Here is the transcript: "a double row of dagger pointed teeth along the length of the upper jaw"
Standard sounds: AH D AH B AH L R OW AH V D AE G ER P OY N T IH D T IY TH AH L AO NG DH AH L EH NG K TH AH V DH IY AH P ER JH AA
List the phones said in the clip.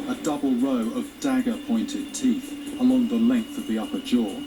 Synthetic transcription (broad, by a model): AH D AH B AH L R OW AH V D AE G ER P OY N T IH D T IY TH AH L AO NG DH AH L EH NG K TH AH V DH IY AH P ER JH AA